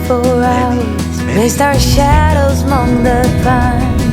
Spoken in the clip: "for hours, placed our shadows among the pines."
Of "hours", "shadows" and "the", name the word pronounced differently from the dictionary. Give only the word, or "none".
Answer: none